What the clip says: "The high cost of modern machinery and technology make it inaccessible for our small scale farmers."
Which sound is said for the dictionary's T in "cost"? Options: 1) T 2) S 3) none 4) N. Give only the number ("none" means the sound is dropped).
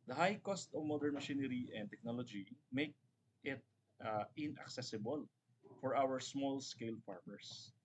1